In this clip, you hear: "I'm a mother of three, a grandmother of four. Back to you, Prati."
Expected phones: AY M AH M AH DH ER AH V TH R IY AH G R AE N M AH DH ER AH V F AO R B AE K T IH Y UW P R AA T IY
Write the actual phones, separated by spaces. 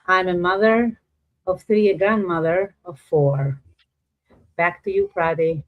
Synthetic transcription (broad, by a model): AY M AH M AH DH ER AH V TH R IY AH G R AE N M AH DH ER AH V F AO R B AE K T IH Y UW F R AA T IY